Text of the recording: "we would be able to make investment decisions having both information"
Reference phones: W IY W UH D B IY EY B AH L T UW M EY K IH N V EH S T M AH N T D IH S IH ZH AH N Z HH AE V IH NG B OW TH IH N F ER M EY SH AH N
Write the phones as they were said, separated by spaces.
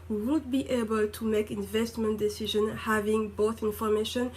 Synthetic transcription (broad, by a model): W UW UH D B IY EY B AH L T UW M EY K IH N V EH S T M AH N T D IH S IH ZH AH N HH AE V IH NG B OW TH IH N F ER M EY SH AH N